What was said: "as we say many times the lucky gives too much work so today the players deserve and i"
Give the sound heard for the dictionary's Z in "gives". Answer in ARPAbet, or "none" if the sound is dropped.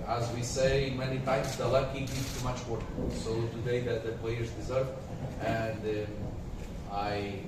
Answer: none